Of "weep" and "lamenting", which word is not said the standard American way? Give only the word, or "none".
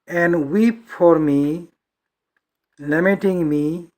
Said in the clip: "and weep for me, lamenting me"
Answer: lamenting